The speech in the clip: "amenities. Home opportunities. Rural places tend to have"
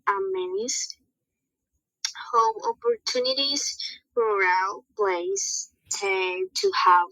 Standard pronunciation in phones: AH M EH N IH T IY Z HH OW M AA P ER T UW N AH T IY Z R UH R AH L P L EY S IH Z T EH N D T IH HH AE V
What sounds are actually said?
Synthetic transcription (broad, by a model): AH M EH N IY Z HH OW M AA P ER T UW N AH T IY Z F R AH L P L EY IH S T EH T IH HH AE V